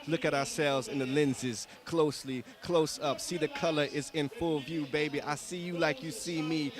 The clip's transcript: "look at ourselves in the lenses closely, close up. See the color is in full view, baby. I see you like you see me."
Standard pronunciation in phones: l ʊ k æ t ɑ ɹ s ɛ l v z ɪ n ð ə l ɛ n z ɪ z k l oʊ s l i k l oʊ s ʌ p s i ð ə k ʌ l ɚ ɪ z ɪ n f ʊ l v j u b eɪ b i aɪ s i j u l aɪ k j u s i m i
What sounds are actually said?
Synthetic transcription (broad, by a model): l ʊ k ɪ t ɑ ɹ s ɛ l v z ɪ n ð ə l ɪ n z ɪ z k l oʊ s l i k l oʊ s ʌ p s i ð ə k ʌ l ɚ ɪ z ɪ n f ʊ l v j u b eɪ b i aɪ s i j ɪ l aɪ k j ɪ s i m i